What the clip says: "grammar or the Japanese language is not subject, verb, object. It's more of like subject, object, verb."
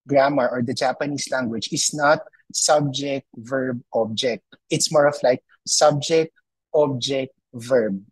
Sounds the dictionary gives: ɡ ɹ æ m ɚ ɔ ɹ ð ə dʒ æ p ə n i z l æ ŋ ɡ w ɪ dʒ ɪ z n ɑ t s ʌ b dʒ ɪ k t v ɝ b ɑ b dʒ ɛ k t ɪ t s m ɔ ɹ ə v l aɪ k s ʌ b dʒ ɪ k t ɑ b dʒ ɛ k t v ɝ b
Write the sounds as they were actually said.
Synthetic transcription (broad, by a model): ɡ ɹ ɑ m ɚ ɔ ɹ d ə dʒ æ p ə n i s l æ ŋ ɡ w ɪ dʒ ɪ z n ɑ t s ʌ b dʒ ɪ k t v ɝ b ɑ b dʒ ɛ k t ɪ t s m ɔ ɹ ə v l aɪ k s ʌ b dʒ ɪ k t ɑ b dʒ ɛ k t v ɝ b